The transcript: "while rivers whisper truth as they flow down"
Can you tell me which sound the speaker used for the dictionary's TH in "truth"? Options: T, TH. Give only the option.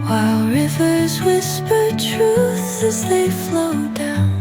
TH